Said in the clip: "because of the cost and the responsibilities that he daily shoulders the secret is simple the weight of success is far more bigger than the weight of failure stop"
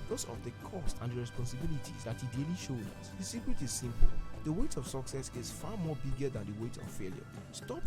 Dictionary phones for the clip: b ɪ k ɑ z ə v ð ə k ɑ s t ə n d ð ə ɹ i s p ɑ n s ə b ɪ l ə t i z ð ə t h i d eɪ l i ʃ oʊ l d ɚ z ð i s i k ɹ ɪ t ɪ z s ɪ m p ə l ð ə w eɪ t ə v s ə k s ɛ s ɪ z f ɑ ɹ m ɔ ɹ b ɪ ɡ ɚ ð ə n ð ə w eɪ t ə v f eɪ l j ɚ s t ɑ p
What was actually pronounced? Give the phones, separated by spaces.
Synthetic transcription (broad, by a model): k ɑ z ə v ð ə k ɑ s t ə n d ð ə ɹ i s p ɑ n s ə b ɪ l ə t i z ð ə t h i d eɪ l i ʃ oʊ d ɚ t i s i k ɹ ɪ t ɪ z s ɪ m p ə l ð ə w eɪ t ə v s ə k s ɛ s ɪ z f ɑ m ɔ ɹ b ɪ ɡ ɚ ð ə n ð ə w eɪ t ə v f eɪ l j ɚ s t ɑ p